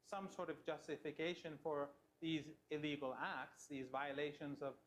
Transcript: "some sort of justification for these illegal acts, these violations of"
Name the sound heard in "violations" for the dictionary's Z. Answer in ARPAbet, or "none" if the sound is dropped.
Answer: Z